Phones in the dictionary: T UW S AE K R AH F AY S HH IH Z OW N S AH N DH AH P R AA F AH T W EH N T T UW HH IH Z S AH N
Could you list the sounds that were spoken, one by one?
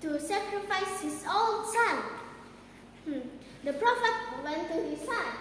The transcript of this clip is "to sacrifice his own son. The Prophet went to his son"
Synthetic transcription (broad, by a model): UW S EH K R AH F AY S HH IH S OW L S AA N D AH P R AA F AH T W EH N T T UW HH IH S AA N